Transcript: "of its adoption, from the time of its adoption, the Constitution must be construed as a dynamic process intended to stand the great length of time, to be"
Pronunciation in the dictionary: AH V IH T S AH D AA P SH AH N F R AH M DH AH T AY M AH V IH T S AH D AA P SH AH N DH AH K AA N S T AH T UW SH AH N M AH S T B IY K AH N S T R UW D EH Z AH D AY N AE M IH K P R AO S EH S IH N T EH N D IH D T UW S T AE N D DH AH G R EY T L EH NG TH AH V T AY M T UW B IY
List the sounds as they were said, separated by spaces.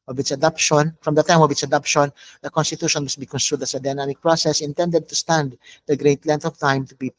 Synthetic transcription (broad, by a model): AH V IH T S AH D AA P SH AH N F R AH M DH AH T AY M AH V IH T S AH D AA P SH AH N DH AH K AA N S T AH T UW SH AH N M AH S T B IY K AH N S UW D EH S AH D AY N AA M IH K P R AO S EH S IH N T EH N D IH D T UW S T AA N D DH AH G R EY T L EH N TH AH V T AY M T UW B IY